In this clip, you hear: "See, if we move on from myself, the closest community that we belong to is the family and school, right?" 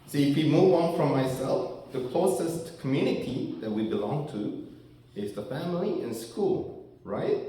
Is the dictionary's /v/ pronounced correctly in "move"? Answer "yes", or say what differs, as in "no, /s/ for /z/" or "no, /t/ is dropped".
no, /w/ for /v/